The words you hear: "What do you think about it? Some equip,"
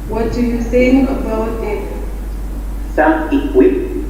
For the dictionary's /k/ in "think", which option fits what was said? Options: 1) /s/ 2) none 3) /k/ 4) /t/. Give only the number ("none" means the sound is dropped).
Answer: 2